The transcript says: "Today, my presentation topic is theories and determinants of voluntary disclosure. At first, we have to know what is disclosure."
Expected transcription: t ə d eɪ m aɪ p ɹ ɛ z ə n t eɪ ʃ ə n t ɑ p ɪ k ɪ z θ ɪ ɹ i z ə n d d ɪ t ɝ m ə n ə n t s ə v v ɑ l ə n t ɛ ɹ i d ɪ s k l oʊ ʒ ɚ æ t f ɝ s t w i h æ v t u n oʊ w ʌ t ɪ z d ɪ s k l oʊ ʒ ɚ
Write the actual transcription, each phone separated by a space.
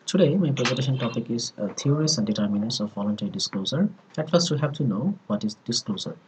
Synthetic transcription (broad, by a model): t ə d eɪ m aɪ p ɹ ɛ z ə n t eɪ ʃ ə n t ɑ p ɪ k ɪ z t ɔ ɹ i s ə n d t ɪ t m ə n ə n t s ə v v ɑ l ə n t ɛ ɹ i d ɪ s k l oʊ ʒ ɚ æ t f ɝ s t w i h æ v t u n oʊ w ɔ t ɪ z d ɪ s k l oʊ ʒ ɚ